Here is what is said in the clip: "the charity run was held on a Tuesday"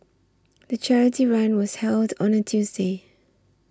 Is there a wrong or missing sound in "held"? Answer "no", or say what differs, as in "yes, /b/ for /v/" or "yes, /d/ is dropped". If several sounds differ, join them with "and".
no